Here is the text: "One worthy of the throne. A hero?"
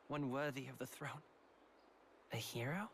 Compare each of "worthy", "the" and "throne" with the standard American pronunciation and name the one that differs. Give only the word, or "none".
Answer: none